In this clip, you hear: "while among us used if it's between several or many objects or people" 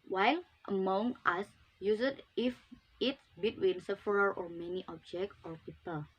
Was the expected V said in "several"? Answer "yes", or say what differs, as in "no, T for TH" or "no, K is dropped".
no, F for V